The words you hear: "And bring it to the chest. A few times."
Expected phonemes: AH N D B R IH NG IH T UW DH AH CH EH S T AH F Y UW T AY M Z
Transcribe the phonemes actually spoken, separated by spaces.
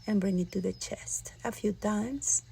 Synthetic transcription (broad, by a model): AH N B R IH NG IH T UW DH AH CH EH S T AH F Y UW T AY M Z